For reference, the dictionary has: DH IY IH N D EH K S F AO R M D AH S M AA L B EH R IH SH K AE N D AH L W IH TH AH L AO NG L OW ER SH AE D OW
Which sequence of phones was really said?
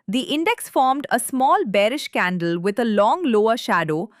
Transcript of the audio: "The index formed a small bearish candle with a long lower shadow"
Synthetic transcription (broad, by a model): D IY IH N D EH K S F AO R M D AH S M AA L B EH R IH SH K AE N D AH L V IH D AH L AO NG L OW ER SH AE D OW